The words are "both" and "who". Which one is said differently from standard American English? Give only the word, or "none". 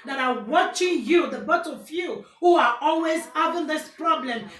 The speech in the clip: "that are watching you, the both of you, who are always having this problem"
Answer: both